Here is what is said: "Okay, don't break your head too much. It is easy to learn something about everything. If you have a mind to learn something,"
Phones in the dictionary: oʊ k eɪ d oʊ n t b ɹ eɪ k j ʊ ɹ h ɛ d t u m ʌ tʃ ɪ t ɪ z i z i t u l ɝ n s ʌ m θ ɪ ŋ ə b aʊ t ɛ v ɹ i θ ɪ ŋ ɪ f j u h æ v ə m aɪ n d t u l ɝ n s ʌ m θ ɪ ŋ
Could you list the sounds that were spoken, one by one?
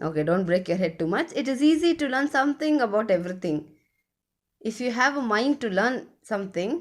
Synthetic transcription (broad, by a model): oʊ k eɪ d oʊ n t b ɹ eɪ k j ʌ ɹ h ɛ d t u m ʌ tʃ ɪ t ɪ z i z i t u l ɝ n s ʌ m t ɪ ŋ ə b aʊ t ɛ v ɹ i t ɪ ŋ ɪ f j u h æ v ə m aɪ n d t u l ɝ n s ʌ m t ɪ ŋ